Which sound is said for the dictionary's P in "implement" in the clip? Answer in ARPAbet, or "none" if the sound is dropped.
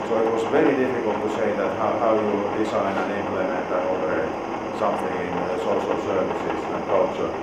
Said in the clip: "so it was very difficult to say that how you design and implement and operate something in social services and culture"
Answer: none